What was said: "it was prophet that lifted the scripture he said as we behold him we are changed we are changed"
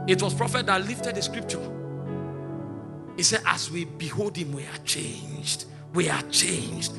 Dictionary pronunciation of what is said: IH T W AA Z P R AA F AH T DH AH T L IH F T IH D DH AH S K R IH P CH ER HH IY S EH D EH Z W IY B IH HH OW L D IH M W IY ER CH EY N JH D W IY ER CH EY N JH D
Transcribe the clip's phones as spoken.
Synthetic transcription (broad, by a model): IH T W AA S P R AA F AH T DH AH T L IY F T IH D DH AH S K R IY P CH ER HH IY S EH D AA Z W IY B IH HH OW L D IH M W IY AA CH EY N JH D W IY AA CH EY N JH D